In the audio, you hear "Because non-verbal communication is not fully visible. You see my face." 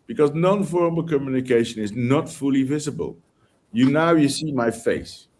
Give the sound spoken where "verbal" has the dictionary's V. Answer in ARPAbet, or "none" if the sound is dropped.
F